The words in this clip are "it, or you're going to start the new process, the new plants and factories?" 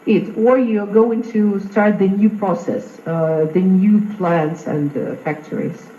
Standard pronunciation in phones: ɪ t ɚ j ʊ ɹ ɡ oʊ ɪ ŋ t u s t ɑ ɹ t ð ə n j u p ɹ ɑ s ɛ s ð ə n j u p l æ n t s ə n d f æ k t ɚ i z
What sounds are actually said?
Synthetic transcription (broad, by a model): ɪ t ɚ j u ɡ oʊ ɪ ŋ t u s t ɑ ɹ t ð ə n j u p ɹ ɑ s ɛ s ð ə n j u p l æ n t s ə n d f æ k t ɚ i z